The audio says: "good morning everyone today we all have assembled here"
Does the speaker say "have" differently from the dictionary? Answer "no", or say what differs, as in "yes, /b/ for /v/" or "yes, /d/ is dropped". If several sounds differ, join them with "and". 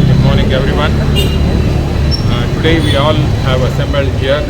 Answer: no